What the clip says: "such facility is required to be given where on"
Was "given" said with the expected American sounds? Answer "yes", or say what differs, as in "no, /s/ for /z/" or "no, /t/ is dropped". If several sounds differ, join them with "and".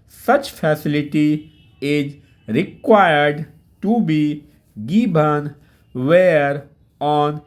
no, /b/ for /v/